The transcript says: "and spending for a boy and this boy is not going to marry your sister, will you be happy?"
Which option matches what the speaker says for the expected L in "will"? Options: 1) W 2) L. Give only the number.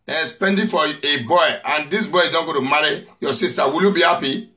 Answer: 2